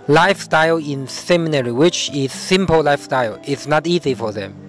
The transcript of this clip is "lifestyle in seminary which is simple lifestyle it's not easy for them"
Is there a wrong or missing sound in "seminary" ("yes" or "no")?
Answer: no